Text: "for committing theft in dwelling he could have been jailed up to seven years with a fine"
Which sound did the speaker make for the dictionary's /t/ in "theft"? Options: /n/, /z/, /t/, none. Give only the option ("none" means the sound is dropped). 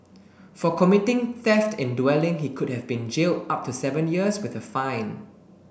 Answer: /t/